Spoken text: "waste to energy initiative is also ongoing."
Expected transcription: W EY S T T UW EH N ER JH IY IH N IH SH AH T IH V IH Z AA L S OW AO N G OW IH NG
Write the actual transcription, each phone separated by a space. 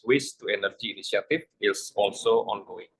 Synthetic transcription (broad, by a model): W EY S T T UW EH N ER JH IY N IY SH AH T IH F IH S AA L S OW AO N G OW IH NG